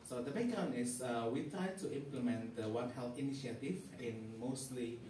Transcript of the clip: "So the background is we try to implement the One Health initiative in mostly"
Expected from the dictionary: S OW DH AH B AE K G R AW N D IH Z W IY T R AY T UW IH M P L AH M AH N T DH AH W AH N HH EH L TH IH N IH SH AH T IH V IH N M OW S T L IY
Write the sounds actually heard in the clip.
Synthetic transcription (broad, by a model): S OW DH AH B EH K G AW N IH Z W IY T R AY T UW IH M P L AH M AH N T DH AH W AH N HH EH L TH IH N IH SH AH T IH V IH N M OW S T L IY